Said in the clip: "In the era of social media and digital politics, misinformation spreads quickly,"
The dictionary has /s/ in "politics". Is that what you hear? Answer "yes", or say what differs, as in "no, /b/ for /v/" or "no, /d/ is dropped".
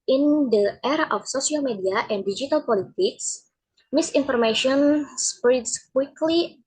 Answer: yes